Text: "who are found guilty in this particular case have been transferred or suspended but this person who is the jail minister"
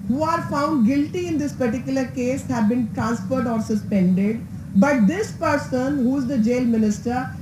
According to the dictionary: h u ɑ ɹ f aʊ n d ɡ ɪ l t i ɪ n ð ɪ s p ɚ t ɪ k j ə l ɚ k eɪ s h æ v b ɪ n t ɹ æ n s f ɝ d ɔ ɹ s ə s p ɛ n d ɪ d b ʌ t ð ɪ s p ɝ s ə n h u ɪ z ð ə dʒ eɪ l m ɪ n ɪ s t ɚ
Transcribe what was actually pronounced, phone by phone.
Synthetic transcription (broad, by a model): h u ɑ ɹ f aʊ n d ɡ ɪ l t i ɪ n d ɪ s p ɚ t ɪ k j ə l ɚ k eɪ s h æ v b ɪ n t ɹ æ n s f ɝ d ɔ ɹ s ə s p ɛ n d ɪ d b ʌ t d ɪ s p ɝ s ə n h u ɪ z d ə dʒ eɪ l m ɪ n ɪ s t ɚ